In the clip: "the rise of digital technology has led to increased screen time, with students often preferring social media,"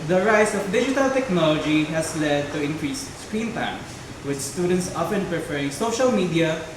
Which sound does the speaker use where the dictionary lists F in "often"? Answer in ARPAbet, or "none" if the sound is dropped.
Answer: P